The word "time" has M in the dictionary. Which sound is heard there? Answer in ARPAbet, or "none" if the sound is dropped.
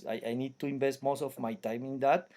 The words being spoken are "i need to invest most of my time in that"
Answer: M